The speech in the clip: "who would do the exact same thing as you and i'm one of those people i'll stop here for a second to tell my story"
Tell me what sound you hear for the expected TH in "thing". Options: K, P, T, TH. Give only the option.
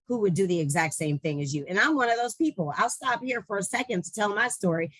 TH